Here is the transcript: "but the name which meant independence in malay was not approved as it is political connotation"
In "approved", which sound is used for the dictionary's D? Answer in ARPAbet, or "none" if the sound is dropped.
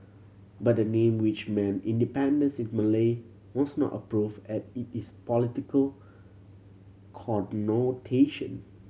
none